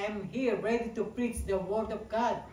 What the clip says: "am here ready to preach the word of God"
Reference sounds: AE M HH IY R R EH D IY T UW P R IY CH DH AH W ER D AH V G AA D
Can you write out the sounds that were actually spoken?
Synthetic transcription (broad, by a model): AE M HH IY R R EH D IY T UW P R IY CH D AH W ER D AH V G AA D